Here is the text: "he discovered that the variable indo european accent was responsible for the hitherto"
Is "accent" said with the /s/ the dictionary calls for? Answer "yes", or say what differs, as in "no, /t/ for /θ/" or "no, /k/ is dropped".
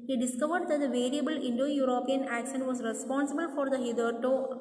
no, /ʃ/ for /s/